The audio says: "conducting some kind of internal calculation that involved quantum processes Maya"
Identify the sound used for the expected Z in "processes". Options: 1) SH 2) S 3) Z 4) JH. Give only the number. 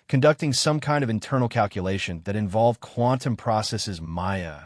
3